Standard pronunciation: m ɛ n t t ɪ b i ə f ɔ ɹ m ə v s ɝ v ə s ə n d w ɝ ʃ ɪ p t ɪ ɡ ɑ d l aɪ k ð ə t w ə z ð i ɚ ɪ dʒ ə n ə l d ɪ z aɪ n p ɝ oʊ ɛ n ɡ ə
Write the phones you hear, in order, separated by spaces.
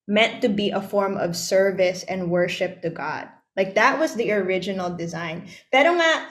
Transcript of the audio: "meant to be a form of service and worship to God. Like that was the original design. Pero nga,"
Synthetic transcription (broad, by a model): m ɛ n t t ɪ b i ə f ɔ ɹ m ə v s ɝ v ə s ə n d w ɝ ʃ ɪ p t ɪ ɡ ɑ d l aɪ k ð ə t w ə z ð i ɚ ɪ dʒ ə n l d ɪ z aɪ n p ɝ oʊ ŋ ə